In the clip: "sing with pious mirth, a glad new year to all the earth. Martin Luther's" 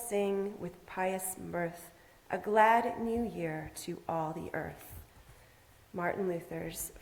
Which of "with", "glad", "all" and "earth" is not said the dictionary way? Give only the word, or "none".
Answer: none